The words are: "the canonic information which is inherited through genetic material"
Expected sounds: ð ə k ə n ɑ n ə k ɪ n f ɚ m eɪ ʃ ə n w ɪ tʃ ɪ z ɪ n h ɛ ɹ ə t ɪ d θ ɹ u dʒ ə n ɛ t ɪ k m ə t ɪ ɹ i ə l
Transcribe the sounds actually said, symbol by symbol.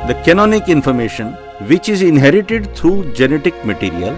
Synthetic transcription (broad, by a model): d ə k ə n ɑ n ə k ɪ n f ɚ m eɪ ʃ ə n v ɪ tʃ ɪ z ɪ n h ɛ ɹ ə t ɪ d t ɹ u dʒ ə n ɛ t ɪ k m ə t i ɹ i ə l